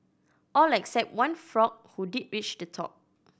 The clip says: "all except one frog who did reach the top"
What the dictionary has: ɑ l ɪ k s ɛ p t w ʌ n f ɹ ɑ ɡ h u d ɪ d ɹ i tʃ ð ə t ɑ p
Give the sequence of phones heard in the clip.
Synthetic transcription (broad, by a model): ɑ l ɪ k s ɛ p t w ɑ n f ɹ ɑ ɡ h u d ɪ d ɹ i tʃ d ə t ɑ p